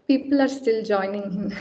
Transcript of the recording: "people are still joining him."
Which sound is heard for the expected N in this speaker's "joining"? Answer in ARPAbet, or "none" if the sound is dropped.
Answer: N